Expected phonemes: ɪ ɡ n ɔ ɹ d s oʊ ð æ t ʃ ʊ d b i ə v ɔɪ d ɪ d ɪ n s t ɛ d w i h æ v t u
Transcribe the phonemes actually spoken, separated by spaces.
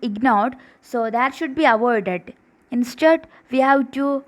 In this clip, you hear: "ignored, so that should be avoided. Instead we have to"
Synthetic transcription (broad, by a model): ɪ ɡ n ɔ ɹ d s oʊ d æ t ʃ ʊ d b i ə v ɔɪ d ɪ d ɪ n s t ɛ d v i h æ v t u